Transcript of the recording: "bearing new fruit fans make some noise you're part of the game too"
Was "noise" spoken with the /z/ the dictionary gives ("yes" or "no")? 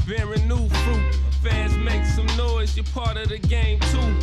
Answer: yes